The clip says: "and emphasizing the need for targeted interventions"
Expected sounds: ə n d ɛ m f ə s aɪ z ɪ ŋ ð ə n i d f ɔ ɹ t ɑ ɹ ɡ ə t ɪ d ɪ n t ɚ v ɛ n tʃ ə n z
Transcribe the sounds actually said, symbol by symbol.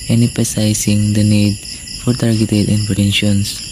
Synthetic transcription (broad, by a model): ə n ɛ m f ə s aɪ s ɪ ŋ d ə n i d f ɔ ɹ t ɑ ɹ ɡ ə t ɪ d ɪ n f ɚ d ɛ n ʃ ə n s